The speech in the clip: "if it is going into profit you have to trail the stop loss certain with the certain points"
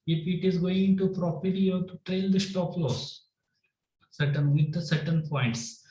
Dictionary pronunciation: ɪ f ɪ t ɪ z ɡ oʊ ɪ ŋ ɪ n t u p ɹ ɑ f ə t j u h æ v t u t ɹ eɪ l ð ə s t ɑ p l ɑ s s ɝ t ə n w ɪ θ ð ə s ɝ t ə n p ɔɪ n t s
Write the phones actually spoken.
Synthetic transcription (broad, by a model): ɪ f ɪ t ɪ z ɡ oʊ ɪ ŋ ɪ n t u p ɹ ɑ p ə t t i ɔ t u t ɹ eɪ l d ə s t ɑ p l ɑ s s ɝ t ə n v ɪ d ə s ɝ t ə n p ɔɪ n t s